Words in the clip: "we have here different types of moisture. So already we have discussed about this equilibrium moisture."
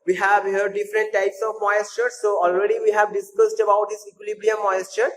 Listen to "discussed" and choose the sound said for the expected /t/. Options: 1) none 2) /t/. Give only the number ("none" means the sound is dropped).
2